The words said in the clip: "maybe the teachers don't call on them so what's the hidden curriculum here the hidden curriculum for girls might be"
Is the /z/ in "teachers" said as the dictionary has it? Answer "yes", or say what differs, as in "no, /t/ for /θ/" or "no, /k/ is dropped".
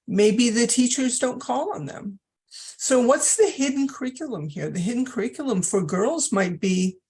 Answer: yes